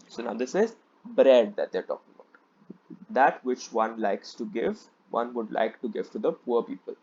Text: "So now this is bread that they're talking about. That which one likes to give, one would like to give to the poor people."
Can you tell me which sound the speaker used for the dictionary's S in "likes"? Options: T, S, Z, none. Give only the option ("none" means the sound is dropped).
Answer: S